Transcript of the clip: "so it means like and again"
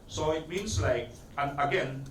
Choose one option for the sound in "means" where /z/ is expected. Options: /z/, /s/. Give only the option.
/s/